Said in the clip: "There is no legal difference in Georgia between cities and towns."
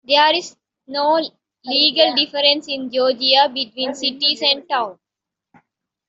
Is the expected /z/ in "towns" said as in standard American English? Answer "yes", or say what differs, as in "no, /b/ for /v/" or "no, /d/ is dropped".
no, /z/ is dropped